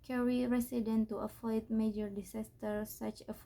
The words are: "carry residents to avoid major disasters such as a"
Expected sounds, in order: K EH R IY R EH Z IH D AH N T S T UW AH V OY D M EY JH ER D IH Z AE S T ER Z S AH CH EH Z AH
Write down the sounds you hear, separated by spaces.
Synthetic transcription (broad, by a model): K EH R IY R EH S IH D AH N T T UW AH F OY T M EY JH ER D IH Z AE S T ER S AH CH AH